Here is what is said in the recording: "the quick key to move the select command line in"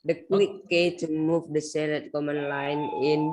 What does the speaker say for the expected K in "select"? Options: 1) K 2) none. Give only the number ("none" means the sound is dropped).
2